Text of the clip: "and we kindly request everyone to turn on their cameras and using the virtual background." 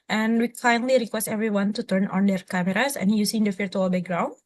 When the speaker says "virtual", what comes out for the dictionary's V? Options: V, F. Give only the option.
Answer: F